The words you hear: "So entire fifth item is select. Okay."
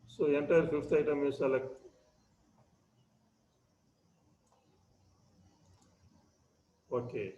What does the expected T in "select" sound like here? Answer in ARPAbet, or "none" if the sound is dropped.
none